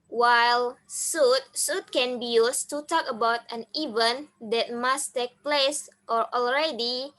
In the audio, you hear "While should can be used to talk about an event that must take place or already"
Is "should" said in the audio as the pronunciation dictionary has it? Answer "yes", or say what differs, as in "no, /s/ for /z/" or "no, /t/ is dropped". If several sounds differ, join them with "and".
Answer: no, /s/ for /ʃ/